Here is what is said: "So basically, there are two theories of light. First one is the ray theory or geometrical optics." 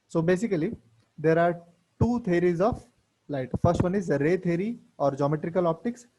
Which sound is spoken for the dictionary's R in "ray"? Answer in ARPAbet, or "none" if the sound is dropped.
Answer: R